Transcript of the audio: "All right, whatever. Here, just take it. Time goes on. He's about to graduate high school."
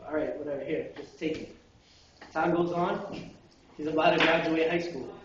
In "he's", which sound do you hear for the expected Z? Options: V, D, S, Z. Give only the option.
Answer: Z